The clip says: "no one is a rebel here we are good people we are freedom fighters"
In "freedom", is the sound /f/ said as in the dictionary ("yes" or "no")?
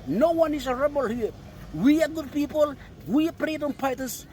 no